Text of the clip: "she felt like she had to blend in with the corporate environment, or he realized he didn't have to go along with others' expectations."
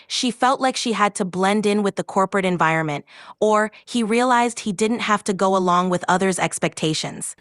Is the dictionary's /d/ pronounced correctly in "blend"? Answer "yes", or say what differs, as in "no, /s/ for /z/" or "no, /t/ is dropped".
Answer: yes